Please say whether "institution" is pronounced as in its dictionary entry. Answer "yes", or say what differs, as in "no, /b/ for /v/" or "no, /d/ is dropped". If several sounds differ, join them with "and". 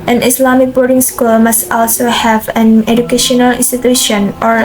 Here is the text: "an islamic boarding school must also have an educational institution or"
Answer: yes